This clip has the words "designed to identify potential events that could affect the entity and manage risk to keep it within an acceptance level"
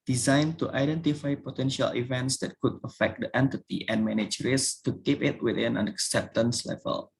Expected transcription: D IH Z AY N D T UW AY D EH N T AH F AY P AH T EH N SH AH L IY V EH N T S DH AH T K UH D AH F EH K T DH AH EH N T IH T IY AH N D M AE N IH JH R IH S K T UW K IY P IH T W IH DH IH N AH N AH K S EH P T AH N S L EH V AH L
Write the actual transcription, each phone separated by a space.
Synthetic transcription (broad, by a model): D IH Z AY N T UW AY D EH N T AH F AY P AH T EH N SH AH L IY V EH N T S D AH T K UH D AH F EH K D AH EH N T IH T IY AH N M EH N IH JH R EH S T UW K IY P IH T W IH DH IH N AH N AH K S EH P T AH N S L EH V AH L